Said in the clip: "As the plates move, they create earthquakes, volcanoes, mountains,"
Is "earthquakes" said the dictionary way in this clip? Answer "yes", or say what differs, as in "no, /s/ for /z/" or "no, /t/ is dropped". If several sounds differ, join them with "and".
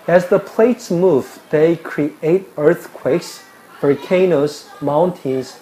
yes